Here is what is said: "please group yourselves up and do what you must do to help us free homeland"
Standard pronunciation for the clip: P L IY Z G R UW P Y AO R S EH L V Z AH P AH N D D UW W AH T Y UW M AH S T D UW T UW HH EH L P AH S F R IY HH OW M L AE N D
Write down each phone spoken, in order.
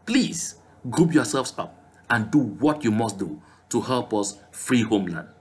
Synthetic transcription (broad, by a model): P L IY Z G R UW P Y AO S EH L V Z AH P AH N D D UW W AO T Y UW M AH S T D UW T UW HH EH L P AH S F R IY HH OW M L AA N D